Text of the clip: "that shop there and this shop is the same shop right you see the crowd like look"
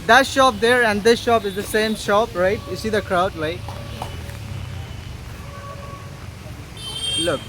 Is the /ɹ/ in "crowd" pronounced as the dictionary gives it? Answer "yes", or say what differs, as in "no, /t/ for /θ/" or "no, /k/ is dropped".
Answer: yes